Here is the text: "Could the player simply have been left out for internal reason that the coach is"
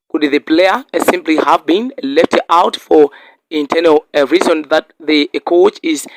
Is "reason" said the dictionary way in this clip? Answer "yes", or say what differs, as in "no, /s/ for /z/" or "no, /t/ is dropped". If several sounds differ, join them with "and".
yes